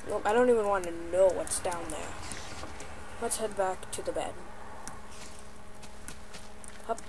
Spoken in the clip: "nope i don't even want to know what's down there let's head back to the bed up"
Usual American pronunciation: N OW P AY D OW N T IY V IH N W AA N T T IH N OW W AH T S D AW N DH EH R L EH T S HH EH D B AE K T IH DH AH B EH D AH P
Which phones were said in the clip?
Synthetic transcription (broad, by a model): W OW AY D OW N T IY V IH N W AA N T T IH N OW W AH T S D AW N DH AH R W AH T S HH EH D B AE K T IH DH AH B EH D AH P